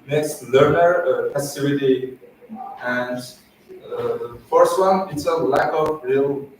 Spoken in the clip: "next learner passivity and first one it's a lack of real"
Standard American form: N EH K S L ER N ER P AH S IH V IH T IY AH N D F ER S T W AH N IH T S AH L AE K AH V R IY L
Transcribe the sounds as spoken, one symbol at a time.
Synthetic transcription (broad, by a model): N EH K S L ER N ER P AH S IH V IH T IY AH N D F ER S T W AH N IH T S AH L AE K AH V R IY L